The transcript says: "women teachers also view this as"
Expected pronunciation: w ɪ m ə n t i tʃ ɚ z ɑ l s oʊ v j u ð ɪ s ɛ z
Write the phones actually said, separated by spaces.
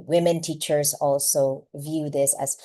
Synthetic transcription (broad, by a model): w ɪ m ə n t i tʃ ɚ z ɑ l s oʊ v j u ð ɪ s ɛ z